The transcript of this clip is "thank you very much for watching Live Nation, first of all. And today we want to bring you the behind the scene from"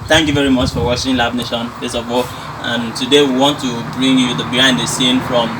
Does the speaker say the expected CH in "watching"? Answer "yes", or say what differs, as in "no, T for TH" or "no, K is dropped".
no, SH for CH